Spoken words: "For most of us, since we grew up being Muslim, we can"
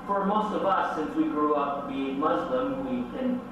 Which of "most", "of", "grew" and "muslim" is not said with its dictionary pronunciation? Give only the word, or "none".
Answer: none